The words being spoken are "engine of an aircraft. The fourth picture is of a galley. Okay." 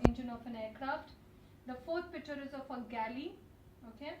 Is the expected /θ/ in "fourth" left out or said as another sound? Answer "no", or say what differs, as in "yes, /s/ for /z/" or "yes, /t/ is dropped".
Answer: yes, /t/ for /θ/